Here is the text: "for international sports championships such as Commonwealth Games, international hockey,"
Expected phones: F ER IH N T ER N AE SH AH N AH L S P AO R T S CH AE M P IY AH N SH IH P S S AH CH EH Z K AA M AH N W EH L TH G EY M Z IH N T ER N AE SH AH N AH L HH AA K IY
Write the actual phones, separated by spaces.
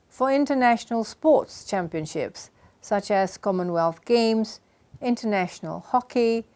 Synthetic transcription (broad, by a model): F ER IH N T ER N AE SH AH N AH L S P AO T S CH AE M P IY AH N SH IH P S S AH CH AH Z K AA M AH N W EH L TH G EY M Z IH N T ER N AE SH AH N AH L HH AA K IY